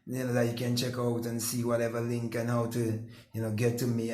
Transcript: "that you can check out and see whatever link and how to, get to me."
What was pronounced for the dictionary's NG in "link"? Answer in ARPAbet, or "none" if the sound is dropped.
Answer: NG